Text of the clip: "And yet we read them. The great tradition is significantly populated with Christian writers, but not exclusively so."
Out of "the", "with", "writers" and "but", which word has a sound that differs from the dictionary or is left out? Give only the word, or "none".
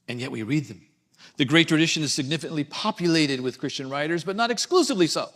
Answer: none